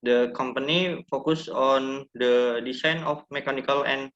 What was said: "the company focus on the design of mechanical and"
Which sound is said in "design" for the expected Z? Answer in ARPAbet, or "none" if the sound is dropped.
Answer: S